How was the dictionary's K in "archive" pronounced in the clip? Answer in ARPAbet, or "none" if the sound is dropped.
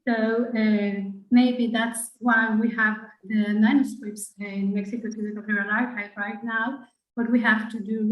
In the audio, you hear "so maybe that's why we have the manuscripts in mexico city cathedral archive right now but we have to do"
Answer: none